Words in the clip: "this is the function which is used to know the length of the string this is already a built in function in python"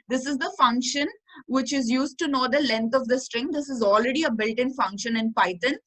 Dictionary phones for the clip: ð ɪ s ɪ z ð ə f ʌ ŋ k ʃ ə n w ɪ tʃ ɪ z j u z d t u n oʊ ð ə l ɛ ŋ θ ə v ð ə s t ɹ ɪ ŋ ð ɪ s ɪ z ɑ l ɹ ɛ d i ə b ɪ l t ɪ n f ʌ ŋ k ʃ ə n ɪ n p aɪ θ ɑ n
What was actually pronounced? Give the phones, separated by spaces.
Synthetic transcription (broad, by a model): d ɪ s ɪ z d ə f ʌ ŋ k ʃ ə n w ɪ tʃ ɪ z j u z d t u n oʊ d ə l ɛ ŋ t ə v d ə s t ɹ ɪ ŋ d ɪ s ɪ z ɑ l ɹ ɛ d i ə b ɪ l t ɪ n f ʌ ŋ k ʃ ə n ɪ n p aɪ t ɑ n